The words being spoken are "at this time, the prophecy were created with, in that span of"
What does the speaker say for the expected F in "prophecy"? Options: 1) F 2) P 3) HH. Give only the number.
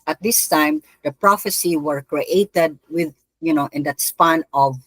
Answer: 1